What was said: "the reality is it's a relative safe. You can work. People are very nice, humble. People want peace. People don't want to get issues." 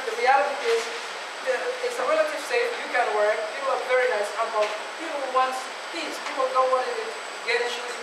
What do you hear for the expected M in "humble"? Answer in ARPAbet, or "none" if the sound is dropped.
none